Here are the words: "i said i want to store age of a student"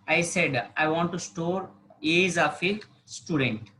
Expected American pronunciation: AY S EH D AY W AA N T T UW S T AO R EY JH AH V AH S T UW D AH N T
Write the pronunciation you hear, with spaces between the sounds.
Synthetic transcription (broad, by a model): AY S EH D AY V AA N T T UW S T AO R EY Z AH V AH S T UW D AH N T